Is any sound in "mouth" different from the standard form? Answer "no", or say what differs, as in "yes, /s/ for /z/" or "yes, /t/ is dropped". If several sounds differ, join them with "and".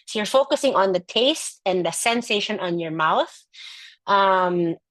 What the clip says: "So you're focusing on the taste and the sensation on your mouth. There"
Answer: no